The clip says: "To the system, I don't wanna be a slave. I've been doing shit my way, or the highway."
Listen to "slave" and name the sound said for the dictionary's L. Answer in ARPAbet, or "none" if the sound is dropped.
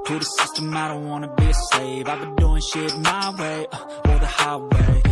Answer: none